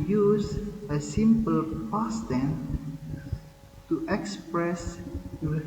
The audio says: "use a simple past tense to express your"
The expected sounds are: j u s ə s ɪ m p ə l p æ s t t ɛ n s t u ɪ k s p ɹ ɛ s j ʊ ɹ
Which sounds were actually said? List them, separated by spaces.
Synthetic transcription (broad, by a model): j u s ə s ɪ m p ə l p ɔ s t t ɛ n t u ɪ k s p ɹ ɛ s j